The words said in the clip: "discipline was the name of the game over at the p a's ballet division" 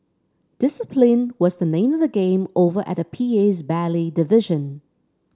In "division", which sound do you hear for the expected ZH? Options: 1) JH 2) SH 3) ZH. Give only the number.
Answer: 3